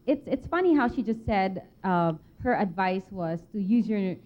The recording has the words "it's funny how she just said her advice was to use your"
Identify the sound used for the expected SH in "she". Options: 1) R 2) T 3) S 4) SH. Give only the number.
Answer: 4